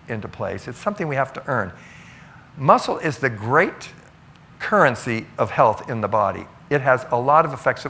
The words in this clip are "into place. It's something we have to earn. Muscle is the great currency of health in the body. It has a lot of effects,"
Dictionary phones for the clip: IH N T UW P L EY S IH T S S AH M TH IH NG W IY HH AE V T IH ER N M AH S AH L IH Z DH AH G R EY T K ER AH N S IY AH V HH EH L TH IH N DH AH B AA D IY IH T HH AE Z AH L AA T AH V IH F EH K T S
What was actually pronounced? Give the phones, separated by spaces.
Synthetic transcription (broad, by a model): IH N T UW P L EY S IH T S S AH M TH IH NG W IY HH AE F T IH ER N M AH S L IH Z DH AH G R EY T K ER AH N S IY AH V HH EH L TH IH N DH AH B AA D IY IH T HH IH Z AH L AA T AH V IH F EH K T S